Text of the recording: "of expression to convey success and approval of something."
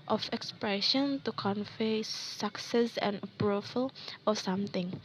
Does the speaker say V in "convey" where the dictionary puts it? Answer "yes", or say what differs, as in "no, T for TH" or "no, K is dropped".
no, F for V